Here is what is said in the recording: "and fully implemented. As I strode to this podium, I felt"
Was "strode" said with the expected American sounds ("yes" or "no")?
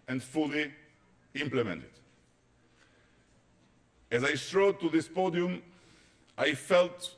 yes